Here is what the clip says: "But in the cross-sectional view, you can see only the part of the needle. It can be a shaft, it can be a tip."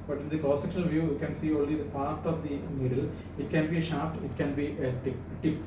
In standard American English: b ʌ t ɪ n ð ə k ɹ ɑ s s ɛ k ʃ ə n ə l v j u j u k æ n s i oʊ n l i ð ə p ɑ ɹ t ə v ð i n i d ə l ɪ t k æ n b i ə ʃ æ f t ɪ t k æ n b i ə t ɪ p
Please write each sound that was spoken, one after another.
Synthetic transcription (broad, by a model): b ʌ t ɪ n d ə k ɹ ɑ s s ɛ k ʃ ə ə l v j u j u k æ n s i oʊ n l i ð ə p ɑ ɹ t ə v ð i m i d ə l ɪ t k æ n b i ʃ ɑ p t ɪ t k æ n b i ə t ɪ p